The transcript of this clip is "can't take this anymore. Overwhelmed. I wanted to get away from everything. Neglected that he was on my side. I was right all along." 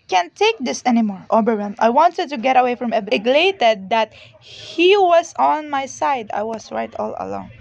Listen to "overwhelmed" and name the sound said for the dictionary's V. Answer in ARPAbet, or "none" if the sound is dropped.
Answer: B